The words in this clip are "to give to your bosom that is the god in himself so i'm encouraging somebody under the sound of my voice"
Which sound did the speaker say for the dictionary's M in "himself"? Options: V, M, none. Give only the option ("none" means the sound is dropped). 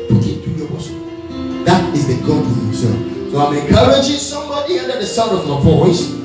none